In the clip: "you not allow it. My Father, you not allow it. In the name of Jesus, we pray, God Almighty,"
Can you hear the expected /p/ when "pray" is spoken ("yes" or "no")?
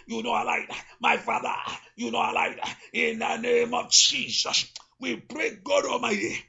no